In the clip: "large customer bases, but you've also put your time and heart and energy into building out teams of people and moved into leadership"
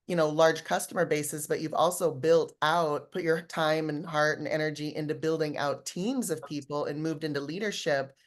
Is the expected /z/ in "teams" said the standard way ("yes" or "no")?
yes